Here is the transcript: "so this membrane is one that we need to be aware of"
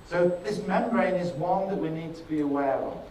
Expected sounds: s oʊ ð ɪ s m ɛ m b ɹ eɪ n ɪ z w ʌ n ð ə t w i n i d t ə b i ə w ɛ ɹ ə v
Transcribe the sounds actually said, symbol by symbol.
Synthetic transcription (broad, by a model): s oʊ ð ɪ s m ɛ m ɹ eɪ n ɪ z w ʌ n ð ə t w i n i d t ə b i ə w ɛ ɹ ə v